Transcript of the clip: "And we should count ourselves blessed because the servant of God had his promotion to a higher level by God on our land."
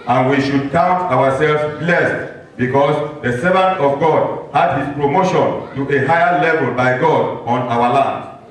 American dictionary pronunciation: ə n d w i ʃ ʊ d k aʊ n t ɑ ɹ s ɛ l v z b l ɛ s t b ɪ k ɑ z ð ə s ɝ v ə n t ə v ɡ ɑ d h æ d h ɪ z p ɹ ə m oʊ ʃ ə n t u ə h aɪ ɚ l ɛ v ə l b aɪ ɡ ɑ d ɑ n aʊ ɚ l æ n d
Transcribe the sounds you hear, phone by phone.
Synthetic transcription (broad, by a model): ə n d w i ʃ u d k aʊ n t ɑ ɹ s ɛ l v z b l ɛ s t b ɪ k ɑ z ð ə s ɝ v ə n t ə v ɡ ɑ d h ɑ d h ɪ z p ɹ ə m oʊ ʃ ə n t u ə h aɪ ɚ l ɛ v ə l b aɪ ɡ ɑ d ɑ n aʊ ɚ l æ n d